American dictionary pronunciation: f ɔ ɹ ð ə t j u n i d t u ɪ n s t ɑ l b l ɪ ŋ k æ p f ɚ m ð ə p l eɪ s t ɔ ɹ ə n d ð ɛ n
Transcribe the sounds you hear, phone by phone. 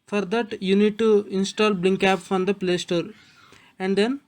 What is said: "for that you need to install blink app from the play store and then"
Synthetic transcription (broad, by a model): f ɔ ɹ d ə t j u n i d t u ɪ n s t ɑ l b l ɪ ŋ k æ p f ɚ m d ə p l eɪ s t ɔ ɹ ə n d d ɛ n